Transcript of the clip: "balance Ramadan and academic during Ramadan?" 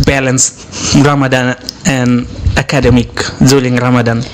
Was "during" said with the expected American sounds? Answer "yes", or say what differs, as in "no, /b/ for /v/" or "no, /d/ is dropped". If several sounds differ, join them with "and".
no, /l/ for /ɹ/